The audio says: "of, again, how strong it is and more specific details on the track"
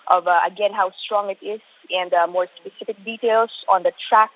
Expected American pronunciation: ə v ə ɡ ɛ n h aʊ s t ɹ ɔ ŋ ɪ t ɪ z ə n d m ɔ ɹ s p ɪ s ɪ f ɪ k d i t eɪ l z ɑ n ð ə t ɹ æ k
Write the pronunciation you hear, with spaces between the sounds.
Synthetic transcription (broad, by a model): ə v ə ɡ ɛ n h aʊ s t ɹ ɔ ŋ ɪ t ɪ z ə n d m ɔ ɹ s p ɪ s ɪ f ɪ k d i t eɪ l s ɑ n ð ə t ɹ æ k